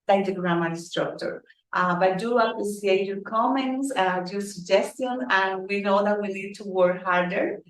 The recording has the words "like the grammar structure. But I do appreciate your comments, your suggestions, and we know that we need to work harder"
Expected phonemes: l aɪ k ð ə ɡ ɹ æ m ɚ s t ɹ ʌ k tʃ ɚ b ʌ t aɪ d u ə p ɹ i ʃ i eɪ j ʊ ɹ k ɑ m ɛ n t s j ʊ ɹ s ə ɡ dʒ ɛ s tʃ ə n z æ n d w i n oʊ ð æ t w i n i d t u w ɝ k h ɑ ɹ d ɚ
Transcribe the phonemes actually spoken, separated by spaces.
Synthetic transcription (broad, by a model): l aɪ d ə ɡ ɹ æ m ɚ s t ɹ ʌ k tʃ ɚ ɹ t aɪ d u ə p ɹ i s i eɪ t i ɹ k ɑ m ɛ n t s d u s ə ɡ dʒ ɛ s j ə n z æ n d w i n oʊ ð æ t w i l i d t u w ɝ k h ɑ ɹ d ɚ